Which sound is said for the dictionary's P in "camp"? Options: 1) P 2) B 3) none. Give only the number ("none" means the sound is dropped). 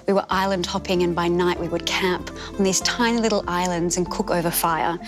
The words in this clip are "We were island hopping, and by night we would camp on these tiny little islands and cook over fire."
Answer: 1